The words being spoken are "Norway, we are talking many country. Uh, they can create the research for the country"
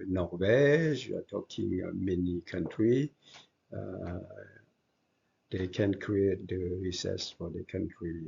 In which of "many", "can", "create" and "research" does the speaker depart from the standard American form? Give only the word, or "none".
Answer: research